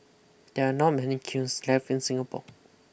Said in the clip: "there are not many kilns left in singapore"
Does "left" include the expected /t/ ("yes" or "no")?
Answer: no